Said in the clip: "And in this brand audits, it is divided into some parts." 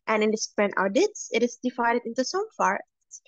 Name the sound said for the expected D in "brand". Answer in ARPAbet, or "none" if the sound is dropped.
none